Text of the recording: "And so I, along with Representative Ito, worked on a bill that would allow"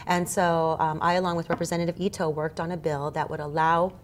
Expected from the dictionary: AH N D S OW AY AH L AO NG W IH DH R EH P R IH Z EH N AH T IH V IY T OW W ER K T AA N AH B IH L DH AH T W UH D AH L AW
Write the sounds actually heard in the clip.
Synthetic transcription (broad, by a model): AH N S OW AY AH L AO NG W IH DH R EH P R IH Z EH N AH T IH V IY T OW W ER K T N AH B IH L DH AH T W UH D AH L AW